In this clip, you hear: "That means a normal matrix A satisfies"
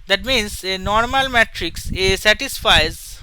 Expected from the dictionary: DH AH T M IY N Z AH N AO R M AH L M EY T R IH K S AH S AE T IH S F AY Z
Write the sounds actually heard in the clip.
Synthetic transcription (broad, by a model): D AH T M IY N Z AH N AO R M AH L M EY T R IH K S AH S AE T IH S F AY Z